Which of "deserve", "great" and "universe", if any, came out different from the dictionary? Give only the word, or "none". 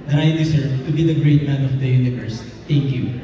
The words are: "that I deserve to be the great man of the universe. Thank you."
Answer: deserve